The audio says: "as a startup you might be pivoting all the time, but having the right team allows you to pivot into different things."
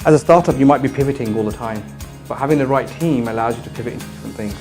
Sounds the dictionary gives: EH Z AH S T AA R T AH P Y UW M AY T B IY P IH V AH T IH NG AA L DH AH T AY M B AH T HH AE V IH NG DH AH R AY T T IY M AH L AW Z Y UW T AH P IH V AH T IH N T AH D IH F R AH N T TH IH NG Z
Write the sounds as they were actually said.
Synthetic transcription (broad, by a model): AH Z AH S T AA R T AH P Y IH M AY T B IY P IH V AH T IH NG AA L DH AH T AY M B AH T HH AE V IH NG DH AH R AY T T IY M AH L AW Z Y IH T AH P IH V AH T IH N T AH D IH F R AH N TH IH NG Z